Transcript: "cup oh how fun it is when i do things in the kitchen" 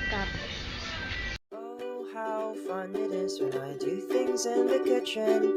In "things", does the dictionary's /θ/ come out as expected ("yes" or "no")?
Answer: yes